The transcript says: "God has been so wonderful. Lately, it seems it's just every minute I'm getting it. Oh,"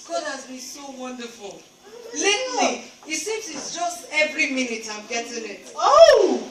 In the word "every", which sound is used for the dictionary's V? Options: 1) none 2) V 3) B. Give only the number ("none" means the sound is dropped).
2